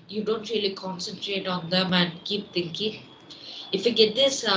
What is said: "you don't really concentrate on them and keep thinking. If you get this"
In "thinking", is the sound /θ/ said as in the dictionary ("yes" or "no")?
no